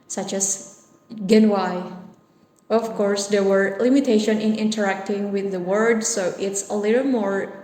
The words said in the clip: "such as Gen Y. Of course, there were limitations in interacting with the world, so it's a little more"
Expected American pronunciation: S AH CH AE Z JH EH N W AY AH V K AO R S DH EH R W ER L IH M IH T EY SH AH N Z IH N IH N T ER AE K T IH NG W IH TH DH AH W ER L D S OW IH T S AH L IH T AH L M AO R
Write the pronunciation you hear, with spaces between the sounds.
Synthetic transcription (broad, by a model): S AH CH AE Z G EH N W AY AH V K AO R S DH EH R W ER L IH M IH T EY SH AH N IH N IH N T ER AE K T IH NG W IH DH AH W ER D S OW IH T S AH L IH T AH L M AO R